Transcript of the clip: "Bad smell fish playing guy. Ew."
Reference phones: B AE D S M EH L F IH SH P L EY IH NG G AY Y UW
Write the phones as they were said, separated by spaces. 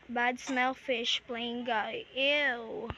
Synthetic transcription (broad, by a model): B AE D S M EH L F IH SH P L EY IH NG G AY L